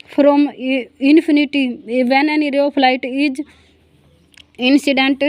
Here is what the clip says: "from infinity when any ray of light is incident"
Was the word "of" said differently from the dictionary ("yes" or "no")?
yes